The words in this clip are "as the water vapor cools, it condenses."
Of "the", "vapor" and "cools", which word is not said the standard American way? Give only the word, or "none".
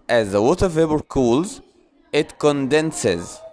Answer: vapor